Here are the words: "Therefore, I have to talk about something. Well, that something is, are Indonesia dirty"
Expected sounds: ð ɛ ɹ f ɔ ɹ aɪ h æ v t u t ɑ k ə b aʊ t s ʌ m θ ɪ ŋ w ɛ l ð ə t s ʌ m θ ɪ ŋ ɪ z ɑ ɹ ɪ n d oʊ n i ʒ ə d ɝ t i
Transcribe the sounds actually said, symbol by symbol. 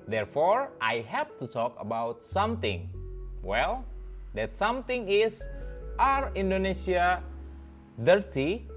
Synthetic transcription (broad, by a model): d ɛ ɹ f ɔ ɹ aɪ h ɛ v t u t ɑ k ə b aʊ t s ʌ m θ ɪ ŋ w ɛ l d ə t s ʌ m t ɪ ŋ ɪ s ɑ ɹ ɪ n d oʊ n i s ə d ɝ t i